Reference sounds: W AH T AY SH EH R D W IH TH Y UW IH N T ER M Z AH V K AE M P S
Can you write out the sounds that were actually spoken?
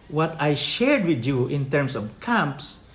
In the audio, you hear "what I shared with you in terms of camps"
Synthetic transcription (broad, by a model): W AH T AY SH EH R D W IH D Y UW IH N T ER M S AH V K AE M P S